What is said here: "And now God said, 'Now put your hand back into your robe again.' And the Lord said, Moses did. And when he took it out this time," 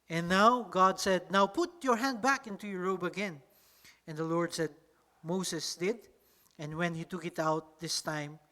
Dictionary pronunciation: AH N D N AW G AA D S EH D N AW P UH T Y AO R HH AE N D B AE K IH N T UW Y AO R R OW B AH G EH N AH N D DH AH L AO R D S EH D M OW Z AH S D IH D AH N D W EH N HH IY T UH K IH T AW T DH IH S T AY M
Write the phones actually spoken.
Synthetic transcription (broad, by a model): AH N N AW G AA D S EH D N AW P UH T Y AO R HH AE N D B AE K IH N T UW Y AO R R OW B AH G EH N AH N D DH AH L AO R D S EH D M OW S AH S D IH D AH N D W EH N HH IY T UH K IH T AW T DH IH S T AY M